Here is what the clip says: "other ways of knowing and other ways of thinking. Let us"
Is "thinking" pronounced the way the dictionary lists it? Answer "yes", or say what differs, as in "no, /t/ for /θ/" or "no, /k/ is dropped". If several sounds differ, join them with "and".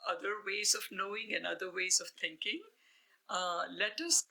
no, /t/ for /θ/